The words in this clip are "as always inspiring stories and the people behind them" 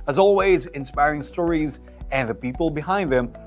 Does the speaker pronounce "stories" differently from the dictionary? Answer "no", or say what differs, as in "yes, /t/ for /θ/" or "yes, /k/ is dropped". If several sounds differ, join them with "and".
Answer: no